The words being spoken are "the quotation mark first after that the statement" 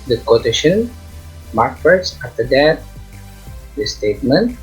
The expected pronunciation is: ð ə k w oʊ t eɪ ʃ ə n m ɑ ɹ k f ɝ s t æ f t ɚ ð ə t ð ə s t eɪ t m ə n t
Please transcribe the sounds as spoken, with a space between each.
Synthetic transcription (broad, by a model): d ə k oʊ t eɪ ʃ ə n m ɑ ɹ k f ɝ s ɑ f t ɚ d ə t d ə s t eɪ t m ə n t